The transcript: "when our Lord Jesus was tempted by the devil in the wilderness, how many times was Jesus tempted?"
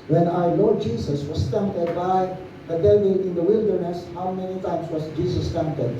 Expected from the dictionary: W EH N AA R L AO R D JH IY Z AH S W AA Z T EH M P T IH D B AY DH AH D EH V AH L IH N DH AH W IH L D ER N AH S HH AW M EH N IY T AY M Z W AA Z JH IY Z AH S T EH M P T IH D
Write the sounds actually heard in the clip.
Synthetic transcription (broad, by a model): W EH N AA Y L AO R JH IY S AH S W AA S T EH M P T IH D B AY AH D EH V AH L IH N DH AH W IH L D ER N AH S HH AW M EH N IY T AY M S W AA S JH IY S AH S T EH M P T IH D